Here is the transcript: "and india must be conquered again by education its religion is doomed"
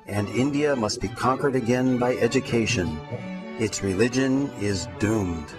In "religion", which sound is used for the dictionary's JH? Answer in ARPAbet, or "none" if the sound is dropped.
JH